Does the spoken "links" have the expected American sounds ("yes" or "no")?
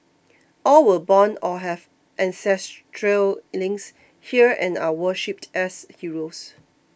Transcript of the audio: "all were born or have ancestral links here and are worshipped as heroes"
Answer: no